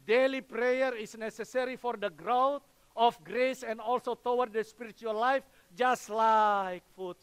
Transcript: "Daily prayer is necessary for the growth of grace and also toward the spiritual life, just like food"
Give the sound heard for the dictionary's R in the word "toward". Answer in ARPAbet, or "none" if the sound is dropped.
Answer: W